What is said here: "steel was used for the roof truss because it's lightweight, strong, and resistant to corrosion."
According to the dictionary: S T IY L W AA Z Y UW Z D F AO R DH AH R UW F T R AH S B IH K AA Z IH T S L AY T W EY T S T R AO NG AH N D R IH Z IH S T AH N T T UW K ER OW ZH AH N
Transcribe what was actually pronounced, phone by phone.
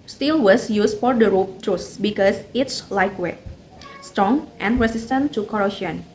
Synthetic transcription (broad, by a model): S T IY L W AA S Y UW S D F AO R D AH R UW P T R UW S B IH K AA S IH T S L AY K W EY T S T R AO NG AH N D R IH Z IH S T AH N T T UW K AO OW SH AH N